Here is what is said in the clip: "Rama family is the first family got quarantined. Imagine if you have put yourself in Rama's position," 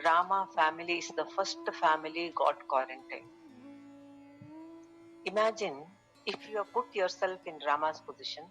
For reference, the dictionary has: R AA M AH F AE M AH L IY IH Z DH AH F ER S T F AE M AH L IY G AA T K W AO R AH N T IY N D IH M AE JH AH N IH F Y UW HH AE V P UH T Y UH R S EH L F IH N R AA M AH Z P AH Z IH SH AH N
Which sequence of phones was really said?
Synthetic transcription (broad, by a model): R AA M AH F AE M AH L IY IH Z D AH F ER S T F AE M AH L IY G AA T K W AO R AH N T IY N IH M AE JH AH N IH F Y UW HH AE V P UH T Y UH R S EH L F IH N R AA M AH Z P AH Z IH SH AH N